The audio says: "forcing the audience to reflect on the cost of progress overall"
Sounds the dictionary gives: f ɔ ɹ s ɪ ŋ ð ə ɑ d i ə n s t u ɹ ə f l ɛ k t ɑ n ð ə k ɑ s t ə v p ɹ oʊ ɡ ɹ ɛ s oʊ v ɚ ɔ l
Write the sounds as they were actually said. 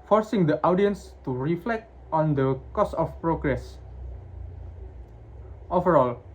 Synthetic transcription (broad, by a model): f ɔ ɹ s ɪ ŋ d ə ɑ d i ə n s t u ɹ ə f l ɛ k t ɑ n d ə k ɑ s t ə f p ɹ oʊ ɡ ɹ ɛ s oʊ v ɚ ɔ l